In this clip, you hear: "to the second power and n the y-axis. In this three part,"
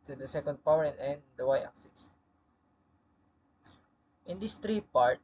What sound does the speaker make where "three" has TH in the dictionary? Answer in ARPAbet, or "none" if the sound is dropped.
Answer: T